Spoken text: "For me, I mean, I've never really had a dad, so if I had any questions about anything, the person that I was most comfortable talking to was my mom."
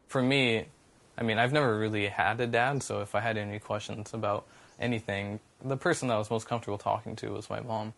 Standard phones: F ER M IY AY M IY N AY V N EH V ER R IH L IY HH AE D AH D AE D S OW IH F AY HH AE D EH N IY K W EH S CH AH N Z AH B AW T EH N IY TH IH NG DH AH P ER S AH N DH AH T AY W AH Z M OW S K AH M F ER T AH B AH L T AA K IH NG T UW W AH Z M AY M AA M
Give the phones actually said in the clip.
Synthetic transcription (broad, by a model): F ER M IY AY M IY N AY V N EH V ER R IH L IY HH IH D AH D AE D S OW IH F AY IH D EH N IY K W EH S CH AH N Z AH B AW T EH N IY TH IH NG DH AH P ER S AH N DH AH T W AH Z M OW S K AH M F T AH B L T AA K IH NG T UW W AH Z M AY M AA M